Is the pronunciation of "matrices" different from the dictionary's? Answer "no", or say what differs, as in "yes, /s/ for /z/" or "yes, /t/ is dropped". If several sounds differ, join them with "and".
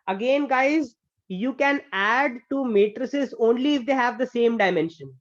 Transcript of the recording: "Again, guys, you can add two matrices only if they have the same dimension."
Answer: no